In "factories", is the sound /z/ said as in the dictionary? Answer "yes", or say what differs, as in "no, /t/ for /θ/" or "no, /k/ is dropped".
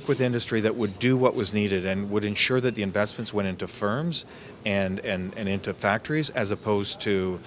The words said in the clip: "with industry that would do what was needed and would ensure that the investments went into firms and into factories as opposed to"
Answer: yes